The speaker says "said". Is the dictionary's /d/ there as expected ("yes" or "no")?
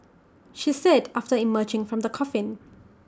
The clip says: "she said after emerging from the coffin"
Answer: yes